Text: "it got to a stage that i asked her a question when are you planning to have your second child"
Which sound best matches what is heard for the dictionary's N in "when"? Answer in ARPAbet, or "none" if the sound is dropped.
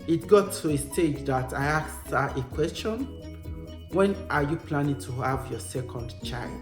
N